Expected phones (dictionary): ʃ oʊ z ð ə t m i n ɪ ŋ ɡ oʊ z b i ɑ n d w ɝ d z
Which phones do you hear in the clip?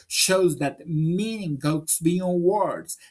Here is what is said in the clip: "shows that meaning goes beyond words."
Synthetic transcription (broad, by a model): ʃ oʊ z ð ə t m i n ɪ ŋ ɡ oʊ s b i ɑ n w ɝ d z